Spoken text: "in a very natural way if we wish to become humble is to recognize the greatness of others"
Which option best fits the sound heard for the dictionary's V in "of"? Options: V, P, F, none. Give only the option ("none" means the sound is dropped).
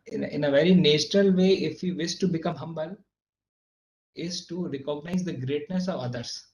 V